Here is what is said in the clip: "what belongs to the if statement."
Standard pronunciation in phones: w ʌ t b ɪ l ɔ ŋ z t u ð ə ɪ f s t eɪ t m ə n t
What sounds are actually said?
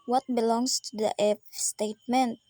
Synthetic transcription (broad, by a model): w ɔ t b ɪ l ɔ ŋ s t u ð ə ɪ p s t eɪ t m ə n t